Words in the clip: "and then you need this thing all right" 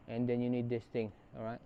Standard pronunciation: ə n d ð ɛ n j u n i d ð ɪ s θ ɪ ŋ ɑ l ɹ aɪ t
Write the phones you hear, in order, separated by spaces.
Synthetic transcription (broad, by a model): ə n d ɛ n j u n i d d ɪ s t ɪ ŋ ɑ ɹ aɪ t